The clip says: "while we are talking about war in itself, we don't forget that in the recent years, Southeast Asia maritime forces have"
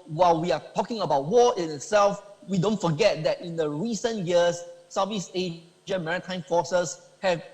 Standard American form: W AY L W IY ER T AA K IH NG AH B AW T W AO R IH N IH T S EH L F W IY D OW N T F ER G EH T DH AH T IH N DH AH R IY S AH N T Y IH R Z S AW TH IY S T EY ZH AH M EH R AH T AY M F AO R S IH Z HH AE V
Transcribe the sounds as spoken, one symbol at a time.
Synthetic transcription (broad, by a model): W AY L W IY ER T AA K IH NG AH B AW T W AO IH N IH T S EH L F W IY D OW N T F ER G EH T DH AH T IH N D AH R IY S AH N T Y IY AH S S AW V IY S EY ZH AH M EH R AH T AY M F AO S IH S HH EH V